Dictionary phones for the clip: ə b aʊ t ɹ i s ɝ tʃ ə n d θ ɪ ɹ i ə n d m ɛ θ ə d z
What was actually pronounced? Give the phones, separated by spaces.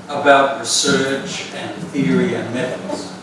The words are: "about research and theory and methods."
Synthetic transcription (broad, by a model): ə b aʊ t ɹ i s ɝ tʃ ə n θ ɪ ɹ i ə n m ɛ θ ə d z